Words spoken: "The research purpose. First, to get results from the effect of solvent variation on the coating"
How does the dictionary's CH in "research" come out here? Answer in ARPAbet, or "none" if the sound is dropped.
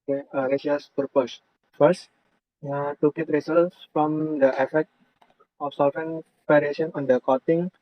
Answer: S